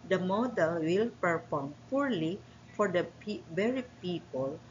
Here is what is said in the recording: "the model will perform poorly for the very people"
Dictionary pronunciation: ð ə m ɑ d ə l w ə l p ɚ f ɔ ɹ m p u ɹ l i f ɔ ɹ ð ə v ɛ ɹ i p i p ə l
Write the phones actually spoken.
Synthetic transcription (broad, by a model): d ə m ɑ d ə l w ə l p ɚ p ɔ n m p u ɹ l i f ɔ ɹ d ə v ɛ ɹ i p i p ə l